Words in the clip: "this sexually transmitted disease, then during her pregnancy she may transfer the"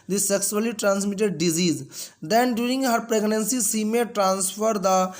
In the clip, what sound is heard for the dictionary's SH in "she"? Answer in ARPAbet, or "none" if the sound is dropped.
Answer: S